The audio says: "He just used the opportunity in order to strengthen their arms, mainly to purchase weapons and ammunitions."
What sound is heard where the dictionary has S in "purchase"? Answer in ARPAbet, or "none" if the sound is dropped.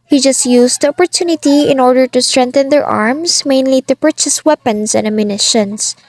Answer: S